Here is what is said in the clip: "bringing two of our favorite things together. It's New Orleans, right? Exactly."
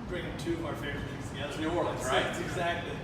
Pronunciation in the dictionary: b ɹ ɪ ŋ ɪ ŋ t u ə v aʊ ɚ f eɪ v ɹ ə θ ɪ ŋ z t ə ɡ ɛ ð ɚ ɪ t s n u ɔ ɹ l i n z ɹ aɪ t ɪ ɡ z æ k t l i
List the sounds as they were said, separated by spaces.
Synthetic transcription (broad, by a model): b ɹ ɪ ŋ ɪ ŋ t u ə v aʊ ɚ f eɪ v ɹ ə t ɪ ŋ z t ə ɡ ɛ ð ɚ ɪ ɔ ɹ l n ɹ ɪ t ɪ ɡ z æ k t l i